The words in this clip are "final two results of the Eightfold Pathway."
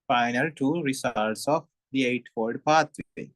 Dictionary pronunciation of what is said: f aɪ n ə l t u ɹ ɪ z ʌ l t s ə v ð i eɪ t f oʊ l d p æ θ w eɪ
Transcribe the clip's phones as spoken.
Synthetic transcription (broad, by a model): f aɪ n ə l t u ɹ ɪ s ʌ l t s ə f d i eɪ t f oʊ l d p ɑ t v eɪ